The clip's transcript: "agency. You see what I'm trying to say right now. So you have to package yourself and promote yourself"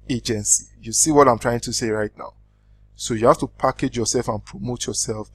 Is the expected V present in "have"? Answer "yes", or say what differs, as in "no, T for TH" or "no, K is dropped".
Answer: no, F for V